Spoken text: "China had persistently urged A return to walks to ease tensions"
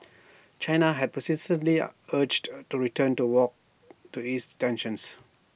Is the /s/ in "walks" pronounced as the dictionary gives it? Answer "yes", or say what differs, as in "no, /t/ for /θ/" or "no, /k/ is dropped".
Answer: no, /s/ is dropped